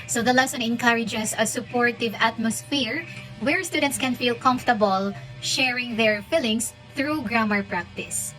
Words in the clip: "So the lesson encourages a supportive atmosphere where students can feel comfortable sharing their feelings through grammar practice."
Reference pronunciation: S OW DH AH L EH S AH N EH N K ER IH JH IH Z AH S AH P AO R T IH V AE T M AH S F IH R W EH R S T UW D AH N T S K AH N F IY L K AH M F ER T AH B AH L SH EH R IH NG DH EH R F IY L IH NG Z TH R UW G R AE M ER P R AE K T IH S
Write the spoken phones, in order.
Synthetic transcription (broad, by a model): S OW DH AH L EH S AH N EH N K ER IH JH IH S AH S AH P AO R T IH V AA T M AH S F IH R W EH R S T UW D AH N T S K AH N F IY L K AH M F T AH B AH L SH EH R IH NG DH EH R F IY L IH NG S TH R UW G R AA M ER P R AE K T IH S